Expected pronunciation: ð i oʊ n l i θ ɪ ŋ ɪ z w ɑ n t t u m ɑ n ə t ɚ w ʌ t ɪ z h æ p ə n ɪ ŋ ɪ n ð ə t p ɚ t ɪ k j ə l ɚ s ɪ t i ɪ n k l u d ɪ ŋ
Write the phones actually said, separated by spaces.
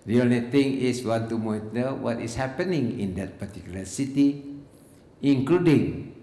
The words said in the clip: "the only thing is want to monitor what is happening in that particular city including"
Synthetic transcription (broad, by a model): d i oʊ l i t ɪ ŋ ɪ s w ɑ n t t u m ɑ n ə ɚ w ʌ t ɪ s h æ p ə n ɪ ŋ ɪ n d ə t p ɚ t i k j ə l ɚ s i t i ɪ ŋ k l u d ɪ ŋ